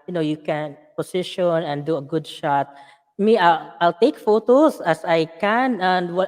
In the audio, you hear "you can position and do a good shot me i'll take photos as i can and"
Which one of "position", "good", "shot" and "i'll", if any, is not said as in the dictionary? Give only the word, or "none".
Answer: position